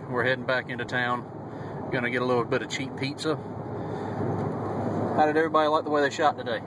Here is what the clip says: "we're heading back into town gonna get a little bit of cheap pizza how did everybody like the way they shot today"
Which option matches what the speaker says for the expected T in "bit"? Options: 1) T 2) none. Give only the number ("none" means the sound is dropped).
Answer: 1